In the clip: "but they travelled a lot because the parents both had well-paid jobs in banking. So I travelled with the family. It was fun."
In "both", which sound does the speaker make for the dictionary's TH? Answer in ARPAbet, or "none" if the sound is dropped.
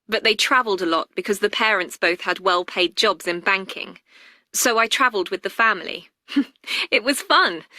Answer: TH